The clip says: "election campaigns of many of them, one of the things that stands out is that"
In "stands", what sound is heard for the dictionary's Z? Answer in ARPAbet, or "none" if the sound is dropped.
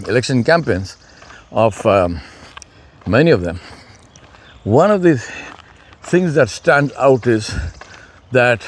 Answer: none